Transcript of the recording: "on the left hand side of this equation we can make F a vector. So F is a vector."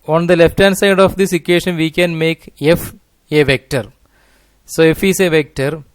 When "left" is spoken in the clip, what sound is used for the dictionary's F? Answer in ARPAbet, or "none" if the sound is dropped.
F